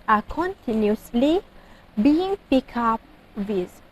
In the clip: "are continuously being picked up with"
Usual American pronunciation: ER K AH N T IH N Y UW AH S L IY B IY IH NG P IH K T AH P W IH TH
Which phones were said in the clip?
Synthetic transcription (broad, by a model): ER K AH N T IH N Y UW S L IY B IY IH NG P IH K AA P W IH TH